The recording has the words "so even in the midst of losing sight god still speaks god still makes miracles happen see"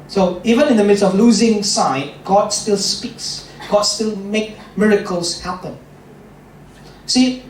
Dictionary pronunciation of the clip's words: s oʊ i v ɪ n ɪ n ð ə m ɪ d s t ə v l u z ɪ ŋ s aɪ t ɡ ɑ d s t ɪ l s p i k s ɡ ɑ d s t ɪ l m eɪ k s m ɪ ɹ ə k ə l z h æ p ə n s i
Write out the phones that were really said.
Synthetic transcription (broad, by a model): s oʊ i v ɪ n ɪ n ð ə m ɪ d s t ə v l u z ɪ ŋ s aɪ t ɡ ɑ d s t ɪ l s p i k s ɡ ɑ d s t ɪ l m eɪ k m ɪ ɹ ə k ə l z h æ p ə n s i